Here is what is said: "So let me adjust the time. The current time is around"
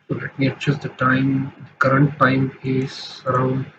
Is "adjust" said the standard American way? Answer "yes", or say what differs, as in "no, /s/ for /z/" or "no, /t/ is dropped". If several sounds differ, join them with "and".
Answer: no, /tʃ/ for /dʒ/